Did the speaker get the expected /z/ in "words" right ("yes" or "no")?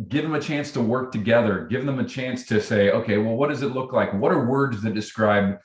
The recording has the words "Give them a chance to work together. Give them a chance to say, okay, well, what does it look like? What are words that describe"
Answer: yes